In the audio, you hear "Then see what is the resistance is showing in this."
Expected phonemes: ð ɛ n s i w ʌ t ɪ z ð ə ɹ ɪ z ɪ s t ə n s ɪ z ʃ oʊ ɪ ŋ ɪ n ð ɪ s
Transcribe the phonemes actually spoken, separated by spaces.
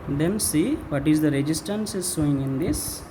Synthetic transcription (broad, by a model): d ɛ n s i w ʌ t ɪ z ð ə ɹ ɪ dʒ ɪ s t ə n s ɪ z s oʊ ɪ ŋ ɪ n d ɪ s